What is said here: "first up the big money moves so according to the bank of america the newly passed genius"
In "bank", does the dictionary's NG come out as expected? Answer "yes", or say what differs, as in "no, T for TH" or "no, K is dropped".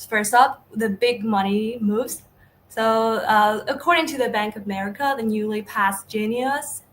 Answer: yes